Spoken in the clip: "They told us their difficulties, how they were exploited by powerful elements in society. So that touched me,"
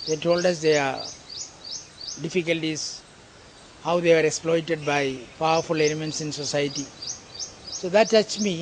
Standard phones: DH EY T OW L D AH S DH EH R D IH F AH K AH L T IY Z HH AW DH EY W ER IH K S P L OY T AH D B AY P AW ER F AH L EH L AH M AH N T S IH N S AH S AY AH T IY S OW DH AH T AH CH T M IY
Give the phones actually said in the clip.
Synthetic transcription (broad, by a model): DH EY T OW L D AH S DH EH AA D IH F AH K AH L T IY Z HH AW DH EY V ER IH K S P L OY T AH D B AY P AW ER F AH L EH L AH M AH N T S IH N S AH S AY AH T IY S OW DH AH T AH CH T M IY